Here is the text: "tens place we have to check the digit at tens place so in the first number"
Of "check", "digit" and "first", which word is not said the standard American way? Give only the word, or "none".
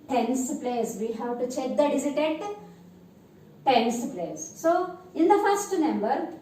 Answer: digit